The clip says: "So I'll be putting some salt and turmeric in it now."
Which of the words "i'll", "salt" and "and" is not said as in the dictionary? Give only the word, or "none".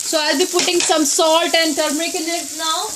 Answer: none